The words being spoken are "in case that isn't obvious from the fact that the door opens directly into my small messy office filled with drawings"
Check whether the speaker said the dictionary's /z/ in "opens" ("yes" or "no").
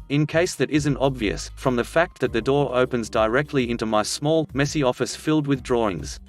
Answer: yes